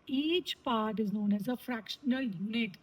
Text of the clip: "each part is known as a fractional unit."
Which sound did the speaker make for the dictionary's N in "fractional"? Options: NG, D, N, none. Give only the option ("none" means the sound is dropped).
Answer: N